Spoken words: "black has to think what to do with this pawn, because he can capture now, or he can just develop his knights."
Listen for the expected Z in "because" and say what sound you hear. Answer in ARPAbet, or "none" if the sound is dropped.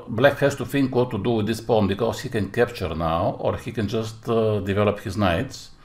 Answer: S